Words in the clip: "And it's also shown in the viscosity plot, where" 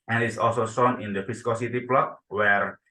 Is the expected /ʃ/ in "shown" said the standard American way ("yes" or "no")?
no